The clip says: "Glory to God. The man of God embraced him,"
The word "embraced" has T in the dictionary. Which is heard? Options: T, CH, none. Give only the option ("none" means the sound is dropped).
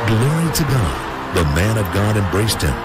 T